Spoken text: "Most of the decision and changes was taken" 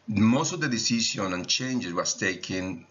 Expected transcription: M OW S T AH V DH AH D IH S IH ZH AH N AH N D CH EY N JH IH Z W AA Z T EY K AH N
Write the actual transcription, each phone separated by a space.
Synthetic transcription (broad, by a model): M OW S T AH V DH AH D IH S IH SH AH N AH N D CH EY N JH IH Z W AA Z T EY K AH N